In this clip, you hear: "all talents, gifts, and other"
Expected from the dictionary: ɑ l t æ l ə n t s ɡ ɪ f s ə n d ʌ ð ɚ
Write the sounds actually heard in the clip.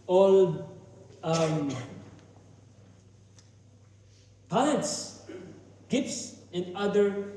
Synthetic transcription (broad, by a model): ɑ l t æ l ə t s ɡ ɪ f s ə n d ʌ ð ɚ